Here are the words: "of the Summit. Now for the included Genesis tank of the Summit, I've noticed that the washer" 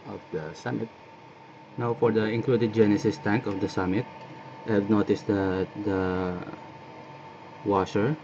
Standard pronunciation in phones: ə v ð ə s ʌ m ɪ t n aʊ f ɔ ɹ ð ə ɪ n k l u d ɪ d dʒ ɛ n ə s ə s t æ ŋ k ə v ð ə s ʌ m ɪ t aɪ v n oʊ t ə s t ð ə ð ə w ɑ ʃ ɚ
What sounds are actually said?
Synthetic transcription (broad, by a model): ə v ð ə s ʌ m ɪ t n aʊ f ɔ ɹ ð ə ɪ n k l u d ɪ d dʒ ɛ n ə s ə s t æ ŋ k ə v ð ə s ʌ m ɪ t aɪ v n oʊ t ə s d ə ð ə w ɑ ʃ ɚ